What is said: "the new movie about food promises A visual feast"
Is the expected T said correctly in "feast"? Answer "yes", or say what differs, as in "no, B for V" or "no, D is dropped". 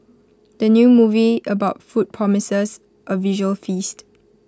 yes